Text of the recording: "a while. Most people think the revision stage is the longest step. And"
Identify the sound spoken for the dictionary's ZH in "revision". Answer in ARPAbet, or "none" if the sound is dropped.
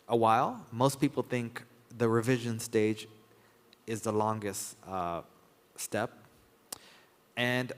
ZH